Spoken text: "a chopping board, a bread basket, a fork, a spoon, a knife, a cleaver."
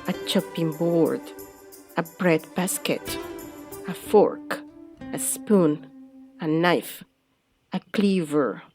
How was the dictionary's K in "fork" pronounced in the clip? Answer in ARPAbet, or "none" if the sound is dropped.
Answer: K